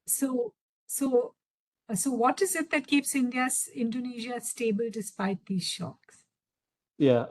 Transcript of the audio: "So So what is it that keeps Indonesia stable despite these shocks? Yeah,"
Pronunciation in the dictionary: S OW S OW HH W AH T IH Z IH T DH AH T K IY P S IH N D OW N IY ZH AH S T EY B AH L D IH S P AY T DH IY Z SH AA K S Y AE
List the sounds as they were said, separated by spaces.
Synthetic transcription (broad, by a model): S OW S OW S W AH T IH Z IH T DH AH T K IY P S IH N D OW N IY ZH AH S T EY B AH L D IH S P AY T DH IY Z SH AA K S Y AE